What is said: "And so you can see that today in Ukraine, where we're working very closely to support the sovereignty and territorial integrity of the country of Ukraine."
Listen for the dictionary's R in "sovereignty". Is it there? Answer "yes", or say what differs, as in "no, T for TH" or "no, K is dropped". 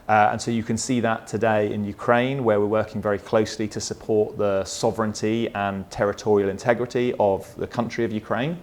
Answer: yes